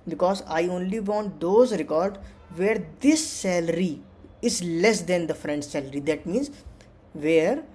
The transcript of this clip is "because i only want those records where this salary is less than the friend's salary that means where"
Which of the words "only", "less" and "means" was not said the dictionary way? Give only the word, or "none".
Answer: none